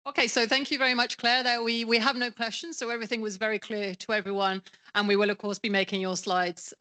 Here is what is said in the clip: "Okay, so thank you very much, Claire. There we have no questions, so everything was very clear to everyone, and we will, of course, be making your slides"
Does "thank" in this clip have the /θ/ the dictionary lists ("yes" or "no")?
yes